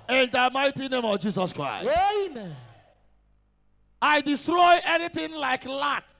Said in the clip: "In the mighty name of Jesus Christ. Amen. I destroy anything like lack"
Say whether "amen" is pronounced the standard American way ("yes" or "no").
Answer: no